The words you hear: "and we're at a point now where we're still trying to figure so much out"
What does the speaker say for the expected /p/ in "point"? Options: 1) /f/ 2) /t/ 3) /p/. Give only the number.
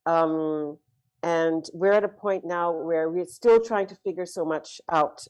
3